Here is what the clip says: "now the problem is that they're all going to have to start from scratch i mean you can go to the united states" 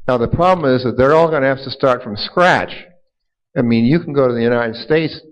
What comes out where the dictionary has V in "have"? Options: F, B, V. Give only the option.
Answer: F